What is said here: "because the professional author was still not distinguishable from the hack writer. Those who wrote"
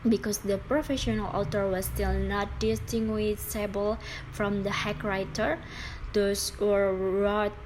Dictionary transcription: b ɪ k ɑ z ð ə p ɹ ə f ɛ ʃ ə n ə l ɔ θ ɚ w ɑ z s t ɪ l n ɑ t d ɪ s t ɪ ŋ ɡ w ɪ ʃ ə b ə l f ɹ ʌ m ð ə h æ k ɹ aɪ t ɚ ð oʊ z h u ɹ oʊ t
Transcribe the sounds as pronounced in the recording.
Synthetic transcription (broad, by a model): b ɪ k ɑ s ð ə p ɹ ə f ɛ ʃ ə n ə l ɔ t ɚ w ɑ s t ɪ l n ɑ t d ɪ s t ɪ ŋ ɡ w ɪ s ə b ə l f ɹ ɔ m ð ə h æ k ɹ aɪ t ɚ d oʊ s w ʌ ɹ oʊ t